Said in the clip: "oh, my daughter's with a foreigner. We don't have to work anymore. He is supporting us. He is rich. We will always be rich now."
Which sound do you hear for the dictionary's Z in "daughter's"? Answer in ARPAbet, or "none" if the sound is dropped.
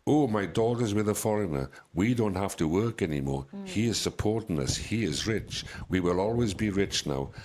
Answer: Z